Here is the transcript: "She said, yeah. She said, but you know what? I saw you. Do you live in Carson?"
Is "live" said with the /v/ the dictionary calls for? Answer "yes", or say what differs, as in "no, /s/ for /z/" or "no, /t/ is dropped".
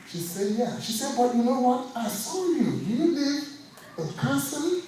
no, /v/ is dropped